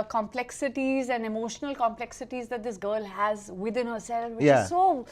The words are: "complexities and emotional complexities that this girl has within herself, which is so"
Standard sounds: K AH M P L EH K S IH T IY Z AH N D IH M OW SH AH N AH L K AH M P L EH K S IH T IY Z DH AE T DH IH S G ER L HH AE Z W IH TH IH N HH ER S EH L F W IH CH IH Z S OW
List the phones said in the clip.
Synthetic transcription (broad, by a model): K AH M P L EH K S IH T IY Z AH N D IH M OW SH AH N AH L K AH M P L EH K S IH T IY Z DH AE T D IH S G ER L HH AE Z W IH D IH N HH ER S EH L F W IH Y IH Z S OW